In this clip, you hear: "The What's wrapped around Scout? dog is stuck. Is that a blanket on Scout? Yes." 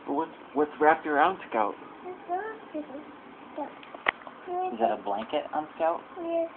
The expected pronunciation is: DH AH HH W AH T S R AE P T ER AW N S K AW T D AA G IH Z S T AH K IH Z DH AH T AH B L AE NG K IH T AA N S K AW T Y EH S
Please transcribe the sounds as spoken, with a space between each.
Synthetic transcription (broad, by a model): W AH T W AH T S R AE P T ER AW N S K AW T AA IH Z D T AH IH Z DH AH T AH B L AE NG K IH T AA N S K AW T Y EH